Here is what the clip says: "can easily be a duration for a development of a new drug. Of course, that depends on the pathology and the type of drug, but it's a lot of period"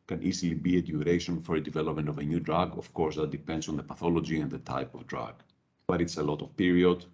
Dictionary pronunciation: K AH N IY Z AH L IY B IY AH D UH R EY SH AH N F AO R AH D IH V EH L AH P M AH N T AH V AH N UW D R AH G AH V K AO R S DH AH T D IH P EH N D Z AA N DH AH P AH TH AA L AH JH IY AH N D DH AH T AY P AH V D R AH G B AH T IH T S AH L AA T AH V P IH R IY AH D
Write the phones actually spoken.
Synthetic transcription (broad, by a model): K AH N IY Z AH L IY B IY AH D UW R EY SH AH N F AO R AH D IH V EH L AH P M AH N T AH V AH N UW D R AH G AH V K AO R S DH AH T D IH P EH N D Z AA N DH AH P AH TH AA L AH JH IY AH N D DH AH T AY P AH V D R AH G B AH T IH T S AH L AA T AH V P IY R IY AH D